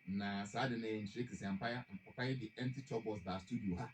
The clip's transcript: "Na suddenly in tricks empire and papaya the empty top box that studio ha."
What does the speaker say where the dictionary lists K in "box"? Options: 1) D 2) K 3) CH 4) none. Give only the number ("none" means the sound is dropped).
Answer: 4